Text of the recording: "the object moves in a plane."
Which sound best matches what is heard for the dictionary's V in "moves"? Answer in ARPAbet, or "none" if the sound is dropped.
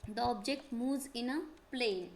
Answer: none